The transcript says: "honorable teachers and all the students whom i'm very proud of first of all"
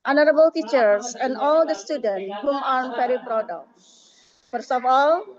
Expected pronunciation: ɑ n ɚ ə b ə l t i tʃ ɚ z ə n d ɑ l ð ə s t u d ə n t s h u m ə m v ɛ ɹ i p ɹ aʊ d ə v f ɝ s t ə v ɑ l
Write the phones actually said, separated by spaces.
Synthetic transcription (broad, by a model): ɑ n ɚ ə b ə l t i tʃ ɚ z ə n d ɑ l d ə s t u d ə n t h u m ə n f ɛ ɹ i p ɹ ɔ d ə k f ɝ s ə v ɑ l